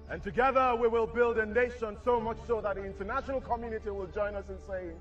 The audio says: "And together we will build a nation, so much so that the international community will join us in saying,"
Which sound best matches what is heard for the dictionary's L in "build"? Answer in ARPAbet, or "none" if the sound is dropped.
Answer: L